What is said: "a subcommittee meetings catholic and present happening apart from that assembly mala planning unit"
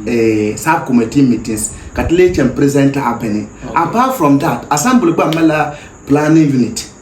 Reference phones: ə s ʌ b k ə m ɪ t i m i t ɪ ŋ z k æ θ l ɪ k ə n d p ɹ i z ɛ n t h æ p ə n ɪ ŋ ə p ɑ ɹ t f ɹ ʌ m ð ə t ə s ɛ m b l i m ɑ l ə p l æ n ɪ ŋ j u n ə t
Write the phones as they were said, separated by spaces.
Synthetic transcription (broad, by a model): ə s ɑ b k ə m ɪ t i m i t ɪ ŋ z k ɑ t l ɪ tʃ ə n p ɹ i z ɛ n t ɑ b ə n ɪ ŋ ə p ɑ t f ɹ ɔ m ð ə t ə s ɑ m b l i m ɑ l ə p l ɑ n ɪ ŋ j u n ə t